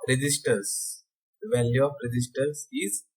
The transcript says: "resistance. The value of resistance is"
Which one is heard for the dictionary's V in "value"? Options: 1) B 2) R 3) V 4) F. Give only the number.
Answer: 3